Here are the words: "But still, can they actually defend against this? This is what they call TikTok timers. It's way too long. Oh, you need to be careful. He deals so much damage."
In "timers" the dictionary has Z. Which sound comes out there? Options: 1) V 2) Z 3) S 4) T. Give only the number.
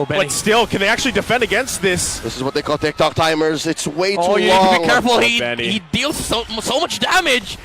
2